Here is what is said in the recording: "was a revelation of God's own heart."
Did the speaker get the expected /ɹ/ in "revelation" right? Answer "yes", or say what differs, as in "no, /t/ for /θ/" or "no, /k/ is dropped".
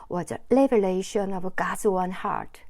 no, /l/ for /ɹ/